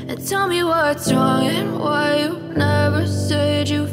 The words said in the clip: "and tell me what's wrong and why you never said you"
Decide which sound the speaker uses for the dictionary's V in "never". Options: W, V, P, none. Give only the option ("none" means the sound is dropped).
V